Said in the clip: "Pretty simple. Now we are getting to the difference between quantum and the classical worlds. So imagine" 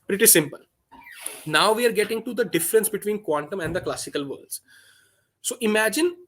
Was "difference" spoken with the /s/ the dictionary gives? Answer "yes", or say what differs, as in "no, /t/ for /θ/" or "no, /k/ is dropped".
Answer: yes